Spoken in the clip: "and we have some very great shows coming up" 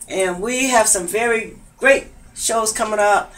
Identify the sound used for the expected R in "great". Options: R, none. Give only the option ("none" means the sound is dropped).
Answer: R